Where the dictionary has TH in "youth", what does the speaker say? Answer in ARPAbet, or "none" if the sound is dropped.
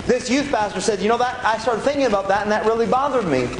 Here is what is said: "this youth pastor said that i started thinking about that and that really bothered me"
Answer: TH